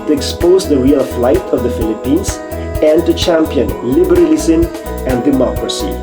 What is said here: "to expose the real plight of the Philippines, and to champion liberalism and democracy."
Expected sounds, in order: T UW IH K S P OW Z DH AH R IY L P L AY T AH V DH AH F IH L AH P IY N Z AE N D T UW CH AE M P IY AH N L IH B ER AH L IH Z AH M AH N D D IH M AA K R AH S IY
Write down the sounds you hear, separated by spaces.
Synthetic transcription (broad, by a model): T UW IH K S P OW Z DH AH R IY L F L AY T AH V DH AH F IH L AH P IY N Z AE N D T UW CH AE M P IY AH N L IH B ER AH L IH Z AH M AH N D D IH M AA K R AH S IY